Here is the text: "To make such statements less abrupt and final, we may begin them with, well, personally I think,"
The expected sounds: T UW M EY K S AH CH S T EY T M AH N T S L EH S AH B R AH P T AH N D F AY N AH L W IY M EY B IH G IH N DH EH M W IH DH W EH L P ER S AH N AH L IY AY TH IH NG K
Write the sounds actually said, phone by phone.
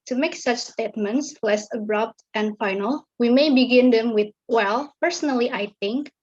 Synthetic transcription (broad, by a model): T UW M EY K S AH CH S T EY T M AH N T S L EH S AH B R AH P T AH N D F AY N AH L W IY M EY B IH G IH N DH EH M W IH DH W EH L P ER S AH N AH L IY AY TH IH NG K